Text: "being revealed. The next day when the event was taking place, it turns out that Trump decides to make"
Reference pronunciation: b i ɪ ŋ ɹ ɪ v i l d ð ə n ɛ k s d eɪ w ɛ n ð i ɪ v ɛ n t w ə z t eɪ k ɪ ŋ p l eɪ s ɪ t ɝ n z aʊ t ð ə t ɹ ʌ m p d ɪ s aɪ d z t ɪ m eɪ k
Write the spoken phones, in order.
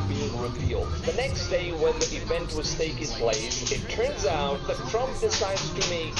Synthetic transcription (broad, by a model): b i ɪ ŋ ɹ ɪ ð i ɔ ð ə n ɛ k s d eɪ w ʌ n ð i ɪ v ɛ n t w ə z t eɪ k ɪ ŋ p l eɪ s ɪ t ɝ n z aʊ t ð ə t ɹ ʌ m p d ɪ s aɪ d z t ɪ m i